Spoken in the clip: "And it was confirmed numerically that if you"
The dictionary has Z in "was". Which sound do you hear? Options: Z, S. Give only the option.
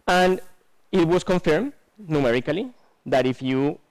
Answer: S